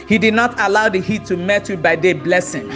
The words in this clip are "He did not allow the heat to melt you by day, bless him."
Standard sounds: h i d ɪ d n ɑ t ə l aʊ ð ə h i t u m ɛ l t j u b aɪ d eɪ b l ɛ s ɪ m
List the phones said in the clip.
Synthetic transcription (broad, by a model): h i d ɪ d n ɑ t ə l aʊ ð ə h i t u m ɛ t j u b aɪ d eɪ b l ɛ s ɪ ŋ